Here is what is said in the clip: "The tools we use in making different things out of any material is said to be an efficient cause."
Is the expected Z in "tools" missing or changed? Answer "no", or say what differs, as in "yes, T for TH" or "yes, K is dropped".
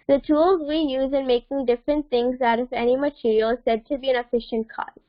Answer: no